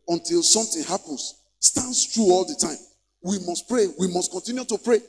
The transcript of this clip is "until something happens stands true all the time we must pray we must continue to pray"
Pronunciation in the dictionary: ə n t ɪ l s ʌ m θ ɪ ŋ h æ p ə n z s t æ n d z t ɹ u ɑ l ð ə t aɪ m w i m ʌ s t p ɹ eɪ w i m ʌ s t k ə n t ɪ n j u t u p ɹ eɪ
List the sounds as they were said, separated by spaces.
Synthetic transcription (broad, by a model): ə n t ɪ l s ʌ m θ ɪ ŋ h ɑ p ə n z s t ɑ n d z t ɹ u ɑ l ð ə t aɪ m w i m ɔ s t p ɹ eɪ w i m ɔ s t k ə n t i n j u t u p ɹ eɪ